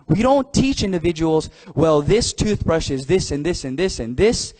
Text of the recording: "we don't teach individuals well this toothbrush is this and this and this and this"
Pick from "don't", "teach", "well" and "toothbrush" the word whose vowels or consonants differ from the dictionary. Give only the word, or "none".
none